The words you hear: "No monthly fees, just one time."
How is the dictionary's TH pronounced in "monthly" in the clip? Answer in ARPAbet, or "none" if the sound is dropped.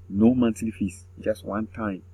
T